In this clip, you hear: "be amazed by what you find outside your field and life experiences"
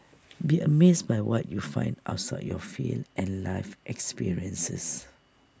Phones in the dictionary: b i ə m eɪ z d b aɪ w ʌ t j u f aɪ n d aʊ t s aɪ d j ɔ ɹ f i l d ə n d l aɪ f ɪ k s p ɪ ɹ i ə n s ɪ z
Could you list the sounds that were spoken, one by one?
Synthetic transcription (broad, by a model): b i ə m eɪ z b aɪ w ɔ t j u f aɪ n d aʊ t s aɪ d j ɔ f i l ə n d l aɪ f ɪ k s p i ɹ i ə n s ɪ s